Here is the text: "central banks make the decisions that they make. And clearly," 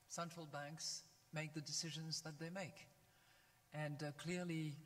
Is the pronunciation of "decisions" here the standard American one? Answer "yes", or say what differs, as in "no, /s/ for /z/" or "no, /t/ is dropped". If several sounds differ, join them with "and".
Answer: yes